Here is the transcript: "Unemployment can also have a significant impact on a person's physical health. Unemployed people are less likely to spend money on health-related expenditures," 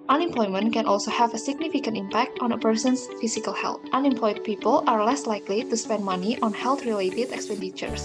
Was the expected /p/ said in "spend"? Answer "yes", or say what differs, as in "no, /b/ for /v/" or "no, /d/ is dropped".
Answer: yes